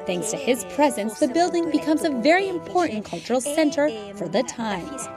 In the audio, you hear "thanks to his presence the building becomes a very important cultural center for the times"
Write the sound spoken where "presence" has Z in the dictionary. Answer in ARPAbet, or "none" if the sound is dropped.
Z